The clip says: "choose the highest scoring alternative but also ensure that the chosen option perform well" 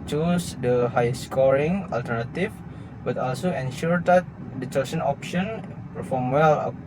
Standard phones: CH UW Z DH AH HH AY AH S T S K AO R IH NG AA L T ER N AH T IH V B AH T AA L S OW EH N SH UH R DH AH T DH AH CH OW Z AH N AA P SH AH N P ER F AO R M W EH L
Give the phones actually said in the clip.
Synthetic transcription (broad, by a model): CH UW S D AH HH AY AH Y S K AO R IH NG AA L T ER N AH T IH F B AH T AA L S OW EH N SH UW R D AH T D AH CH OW S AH N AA P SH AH N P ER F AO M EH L